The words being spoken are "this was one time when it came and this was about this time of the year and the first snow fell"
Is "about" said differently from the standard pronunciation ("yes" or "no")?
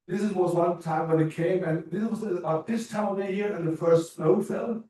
yes